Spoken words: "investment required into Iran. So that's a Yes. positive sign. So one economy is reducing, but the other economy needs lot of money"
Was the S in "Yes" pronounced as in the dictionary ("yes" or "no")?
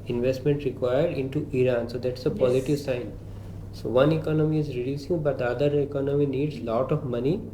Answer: no